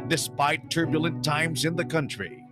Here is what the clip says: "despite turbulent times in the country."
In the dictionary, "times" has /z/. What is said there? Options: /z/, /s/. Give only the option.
/z/